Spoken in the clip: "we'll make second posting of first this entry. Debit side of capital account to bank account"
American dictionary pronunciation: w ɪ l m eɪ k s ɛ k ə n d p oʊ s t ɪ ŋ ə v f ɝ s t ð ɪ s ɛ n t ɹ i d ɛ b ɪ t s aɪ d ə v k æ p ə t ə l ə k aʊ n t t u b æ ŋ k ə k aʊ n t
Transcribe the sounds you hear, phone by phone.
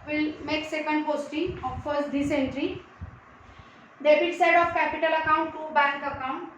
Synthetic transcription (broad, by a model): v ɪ l m eɪ k s ɛ k ə n d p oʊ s t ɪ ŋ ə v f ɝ s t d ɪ s ɛ n t ɹ i d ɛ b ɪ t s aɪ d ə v k æ p ə t ə l ə k aʊ n t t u b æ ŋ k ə k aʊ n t